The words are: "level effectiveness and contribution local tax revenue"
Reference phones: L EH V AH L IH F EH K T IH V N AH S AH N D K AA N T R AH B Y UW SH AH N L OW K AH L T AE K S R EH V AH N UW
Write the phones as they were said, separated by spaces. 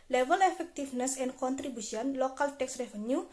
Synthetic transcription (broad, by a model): L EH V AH L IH F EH K T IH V N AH S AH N K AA N T R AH B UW S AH N L OW K AH L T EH K S R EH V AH N UW